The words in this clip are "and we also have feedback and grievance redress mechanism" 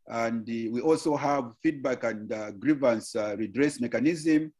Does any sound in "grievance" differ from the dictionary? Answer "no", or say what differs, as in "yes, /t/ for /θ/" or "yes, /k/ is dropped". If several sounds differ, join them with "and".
no